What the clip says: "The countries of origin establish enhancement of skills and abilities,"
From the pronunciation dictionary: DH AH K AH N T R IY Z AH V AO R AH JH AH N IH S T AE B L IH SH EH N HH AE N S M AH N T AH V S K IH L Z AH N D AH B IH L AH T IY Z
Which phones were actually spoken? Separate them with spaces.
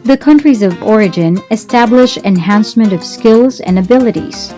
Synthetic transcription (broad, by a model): DH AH K AH N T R IY Z AH V AO R AH JH AH N IH S T AE B L IH SH EH N HH AE N S M AH N T AH V S K IH L Z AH N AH B IH L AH T IY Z